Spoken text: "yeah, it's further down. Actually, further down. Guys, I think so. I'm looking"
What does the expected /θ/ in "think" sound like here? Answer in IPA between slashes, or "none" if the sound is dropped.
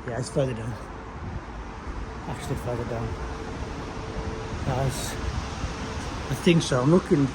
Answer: /θ/